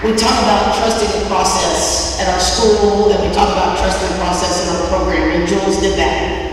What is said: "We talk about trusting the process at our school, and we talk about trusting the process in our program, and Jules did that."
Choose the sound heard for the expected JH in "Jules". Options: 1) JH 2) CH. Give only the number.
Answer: 1